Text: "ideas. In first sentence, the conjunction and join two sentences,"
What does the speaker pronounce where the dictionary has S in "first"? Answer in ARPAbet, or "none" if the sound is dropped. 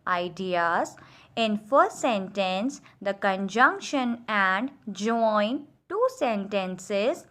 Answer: none